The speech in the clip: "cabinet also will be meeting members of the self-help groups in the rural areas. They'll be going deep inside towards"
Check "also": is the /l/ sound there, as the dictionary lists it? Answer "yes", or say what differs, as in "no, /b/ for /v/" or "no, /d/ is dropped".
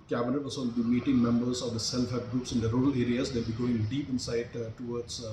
no, /l/ is dropped